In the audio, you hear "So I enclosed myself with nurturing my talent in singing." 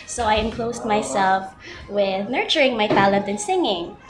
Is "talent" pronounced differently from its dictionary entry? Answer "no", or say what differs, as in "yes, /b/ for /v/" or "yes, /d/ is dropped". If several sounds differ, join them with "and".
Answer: yes, /n/ is dropped